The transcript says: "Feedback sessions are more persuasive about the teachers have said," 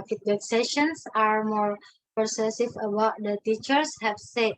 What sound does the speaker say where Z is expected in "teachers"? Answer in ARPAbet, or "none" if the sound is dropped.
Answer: S